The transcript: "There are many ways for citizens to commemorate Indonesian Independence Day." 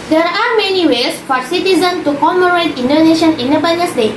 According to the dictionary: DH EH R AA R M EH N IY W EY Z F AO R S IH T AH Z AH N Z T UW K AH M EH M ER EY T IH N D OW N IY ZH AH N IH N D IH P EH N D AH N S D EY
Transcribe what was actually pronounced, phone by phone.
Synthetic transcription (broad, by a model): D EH R AA R M EH N IY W EY S F AO R S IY T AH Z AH N T UW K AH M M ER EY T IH N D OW N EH SH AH N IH N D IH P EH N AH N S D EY